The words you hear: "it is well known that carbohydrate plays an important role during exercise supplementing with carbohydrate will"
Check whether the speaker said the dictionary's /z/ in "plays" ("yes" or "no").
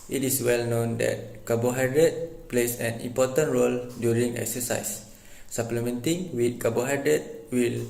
no